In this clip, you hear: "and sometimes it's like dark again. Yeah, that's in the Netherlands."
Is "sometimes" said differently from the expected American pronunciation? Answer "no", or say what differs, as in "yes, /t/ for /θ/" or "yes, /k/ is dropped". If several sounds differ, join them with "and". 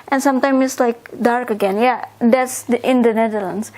yes, /z/ is dropped